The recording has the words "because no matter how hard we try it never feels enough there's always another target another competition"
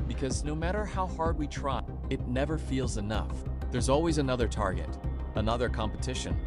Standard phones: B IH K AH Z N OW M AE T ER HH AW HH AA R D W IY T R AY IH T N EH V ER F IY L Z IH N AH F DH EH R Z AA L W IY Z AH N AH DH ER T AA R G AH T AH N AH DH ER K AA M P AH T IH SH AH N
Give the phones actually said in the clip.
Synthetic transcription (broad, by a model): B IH K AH Z N OW M AE T ER HH AW HH AA R D W IY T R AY IH T N EH V ER F IY L Z IH N AH F DH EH R Z AA L W IY Z AH N AH DH ER T AA R G AH T AH N AH DH ER K AA M P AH T IH SH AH N